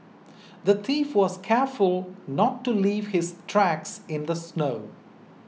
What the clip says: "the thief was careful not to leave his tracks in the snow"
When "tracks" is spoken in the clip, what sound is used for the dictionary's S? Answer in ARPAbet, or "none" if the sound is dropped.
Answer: S